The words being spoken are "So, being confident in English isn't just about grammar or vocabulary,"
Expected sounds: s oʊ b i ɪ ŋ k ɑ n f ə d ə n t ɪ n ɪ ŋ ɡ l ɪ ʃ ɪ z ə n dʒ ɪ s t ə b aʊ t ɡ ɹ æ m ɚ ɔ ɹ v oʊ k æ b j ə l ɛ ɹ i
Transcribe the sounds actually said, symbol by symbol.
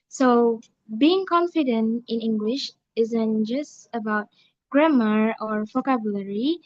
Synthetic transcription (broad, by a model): s oʊ b i ɪ ŋ k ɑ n f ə d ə n t ɪ n ɪ ŋ ɡ l ɪ ʃ ɪ z ə n dʒ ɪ s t ə b aʊ t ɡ ɹ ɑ m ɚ ɔ ɹ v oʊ k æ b j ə l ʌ ɹ i